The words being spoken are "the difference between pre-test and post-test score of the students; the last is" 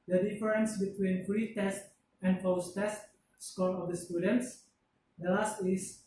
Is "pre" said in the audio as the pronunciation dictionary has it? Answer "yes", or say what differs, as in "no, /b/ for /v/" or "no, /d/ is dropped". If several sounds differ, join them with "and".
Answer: no, /f/ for /p/